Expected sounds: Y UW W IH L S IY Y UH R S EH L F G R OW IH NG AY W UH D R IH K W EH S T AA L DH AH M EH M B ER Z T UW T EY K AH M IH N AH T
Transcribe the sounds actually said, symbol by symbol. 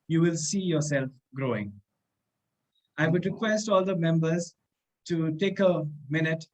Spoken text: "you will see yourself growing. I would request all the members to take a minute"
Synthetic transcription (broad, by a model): Y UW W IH L S IY Y UH R S EH L F G R OW IH NG AY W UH D R IH K W EH S T AA L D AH M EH M B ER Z T UW T EY K AH M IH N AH T